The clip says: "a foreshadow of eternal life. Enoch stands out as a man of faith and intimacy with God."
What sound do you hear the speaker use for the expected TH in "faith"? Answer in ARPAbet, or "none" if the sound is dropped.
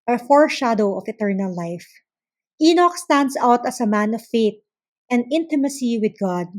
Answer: T